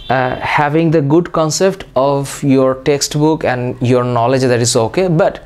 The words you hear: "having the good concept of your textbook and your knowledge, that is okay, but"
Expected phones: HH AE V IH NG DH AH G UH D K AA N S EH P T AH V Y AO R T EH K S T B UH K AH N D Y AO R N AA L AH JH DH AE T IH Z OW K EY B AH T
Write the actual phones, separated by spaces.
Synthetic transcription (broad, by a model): HH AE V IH NG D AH G UH D K AA N S EH P T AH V Y AO R T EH K S T B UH K AH N D Y AO R N AA L AH JH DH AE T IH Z OW K EY B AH T